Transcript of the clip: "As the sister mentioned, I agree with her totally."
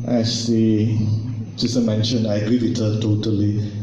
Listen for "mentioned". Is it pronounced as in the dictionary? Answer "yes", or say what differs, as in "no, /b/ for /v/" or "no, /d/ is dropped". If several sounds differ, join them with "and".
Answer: no, /d/ is dropped